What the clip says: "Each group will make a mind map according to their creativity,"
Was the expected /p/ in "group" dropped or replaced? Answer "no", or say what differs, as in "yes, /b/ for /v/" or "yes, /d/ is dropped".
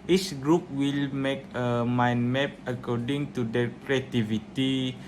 no